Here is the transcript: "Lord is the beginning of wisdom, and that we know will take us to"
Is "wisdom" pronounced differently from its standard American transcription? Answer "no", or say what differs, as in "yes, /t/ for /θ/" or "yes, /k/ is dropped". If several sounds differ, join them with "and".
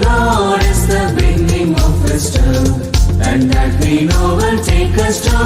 yes, /m/ is dropped